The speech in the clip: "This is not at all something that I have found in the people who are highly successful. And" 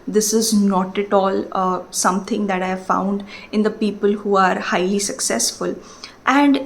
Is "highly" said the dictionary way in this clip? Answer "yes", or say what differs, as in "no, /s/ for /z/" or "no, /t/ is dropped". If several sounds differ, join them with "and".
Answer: yes